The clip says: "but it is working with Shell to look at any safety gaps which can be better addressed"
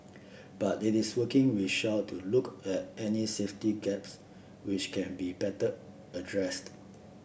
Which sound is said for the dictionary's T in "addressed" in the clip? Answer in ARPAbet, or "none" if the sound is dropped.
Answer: T